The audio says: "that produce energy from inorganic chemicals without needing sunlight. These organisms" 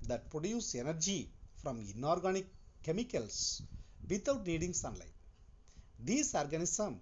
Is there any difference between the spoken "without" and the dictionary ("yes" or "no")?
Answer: yes